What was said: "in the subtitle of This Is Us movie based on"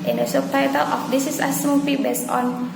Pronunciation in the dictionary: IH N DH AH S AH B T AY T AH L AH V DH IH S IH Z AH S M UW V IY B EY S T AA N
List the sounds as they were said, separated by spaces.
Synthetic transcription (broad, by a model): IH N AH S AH T AY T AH L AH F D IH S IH S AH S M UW P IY B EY S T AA N